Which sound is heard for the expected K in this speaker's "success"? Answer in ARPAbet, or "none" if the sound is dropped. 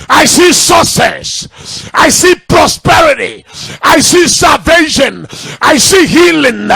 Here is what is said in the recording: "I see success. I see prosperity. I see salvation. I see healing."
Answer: none